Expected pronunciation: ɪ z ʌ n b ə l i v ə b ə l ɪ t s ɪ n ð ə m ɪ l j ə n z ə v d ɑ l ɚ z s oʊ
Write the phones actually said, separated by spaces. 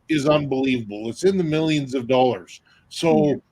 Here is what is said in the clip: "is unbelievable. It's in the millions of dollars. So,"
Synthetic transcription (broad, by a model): ɪ z ʌ n b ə l i v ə b l ɪ t s ɪ n ð ə m ɪ l j ə n z ə v d ɑ l ɚ z s oʊ